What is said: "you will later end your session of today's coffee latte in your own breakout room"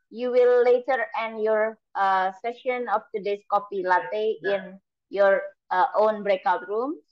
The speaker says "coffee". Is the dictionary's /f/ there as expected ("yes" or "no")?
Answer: no